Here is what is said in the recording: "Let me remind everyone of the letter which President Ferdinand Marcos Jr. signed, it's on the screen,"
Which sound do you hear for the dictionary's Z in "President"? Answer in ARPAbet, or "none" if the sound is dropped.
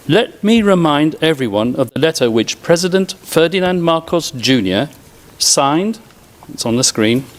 Z